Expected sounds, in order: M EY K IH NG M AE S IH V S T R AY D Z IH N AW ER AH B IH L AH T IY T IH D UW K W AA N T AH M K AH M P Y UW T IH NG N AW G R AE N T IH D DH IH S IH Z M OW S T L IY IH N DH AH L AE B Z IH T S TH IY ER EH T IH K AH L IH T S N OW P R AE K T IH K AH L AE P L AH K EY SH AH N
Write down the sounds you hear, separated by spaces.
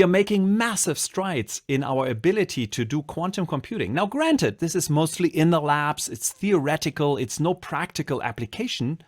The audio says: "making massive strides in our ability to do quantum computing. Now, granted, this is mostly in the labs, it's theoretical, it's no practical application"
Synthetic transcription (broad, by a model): M EY K IH NG M AE S IH V S T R AY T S IH N AW ER AH B IH L AH T IY T IH D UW K W AA N T AH M K AH M P Y UW T IH NG N AW G R AE N T IH D DH IH S IH Z M OW S T L IY IH N DH AH L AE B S IH T S TH IY ER EH T IH K AH L IH T S N OW P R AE K T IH K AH L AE P L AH K EY SH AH N